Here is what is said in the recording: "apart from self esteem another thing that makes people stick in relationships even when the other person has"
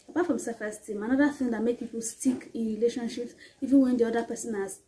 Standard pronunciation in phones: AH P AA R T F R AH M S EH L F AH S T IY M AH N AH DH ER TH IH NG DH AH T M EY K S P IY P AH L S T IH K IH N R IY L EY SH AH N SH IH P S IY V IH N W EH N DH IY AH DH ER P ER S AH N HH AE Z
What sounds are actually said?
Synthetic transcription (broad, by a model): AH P AA T F R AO M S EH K AH S T IY M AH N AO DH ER TH IH NG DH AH T M EY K P IY P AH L S T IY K IH N R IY L EY SH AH N SH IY P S IY V IH N W EH N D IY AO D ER P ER S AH N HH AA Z